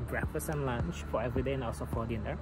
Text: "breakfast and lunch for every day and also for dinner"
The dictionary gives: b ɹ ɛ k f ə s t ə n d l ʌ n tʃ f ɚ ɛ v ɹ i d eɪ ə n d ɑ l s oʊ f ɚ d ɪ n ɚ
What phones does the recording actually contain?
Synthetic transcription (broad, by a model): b ɹ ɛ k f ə s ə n l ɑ n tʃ f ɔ ɛ v ɹ i d eɪ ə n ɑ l s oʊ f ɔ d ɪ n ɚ